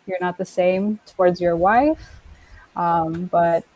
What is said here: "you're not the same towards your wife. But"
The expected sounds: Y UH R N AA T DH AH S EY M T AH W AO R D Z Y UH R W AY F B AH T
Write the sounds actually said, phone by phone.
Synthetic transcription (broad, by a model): Y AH R N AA T DH AH S EY M T AH W AO R D Z Y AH R W AY F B AH T